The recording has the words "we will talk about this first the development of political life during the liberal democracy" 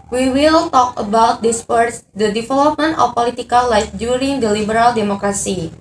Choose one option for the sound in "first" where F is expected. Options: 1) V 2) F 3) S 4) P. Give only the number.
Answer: 4